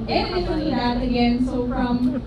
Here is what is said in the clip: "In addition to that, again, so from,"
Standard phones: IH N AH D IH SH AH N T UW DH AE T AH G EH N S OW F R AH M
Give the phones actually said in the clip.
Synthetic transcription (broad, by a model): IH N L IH S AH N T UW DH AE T AH G EH N S OW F R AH M